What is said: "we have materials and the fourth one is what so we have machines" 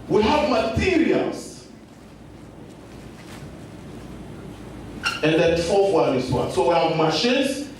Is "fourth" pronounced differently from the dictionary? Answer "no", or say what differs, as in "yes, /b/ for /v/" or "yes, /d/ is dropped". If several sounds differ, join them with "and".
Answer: yes, /l/ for /ɹ/